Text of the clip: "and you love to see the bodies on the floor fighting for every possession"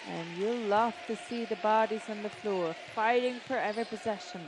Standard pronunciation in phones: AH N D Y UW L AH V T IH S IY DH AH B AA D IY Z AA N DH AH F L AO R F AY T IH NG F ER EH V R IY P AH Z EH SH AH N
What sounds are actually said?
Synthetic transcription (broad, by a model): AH N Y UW L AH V T IH S IY DH AH B AA D IY Z N DH AH F L AO R F AY T IH NG F ER EH V R IY P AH Z EH SH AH N